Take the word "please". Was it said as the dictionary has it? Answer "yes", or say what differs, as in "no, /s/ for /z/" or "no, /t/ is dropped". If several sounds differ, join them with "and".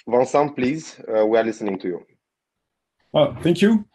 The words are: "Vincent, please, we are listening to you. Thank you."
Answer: yes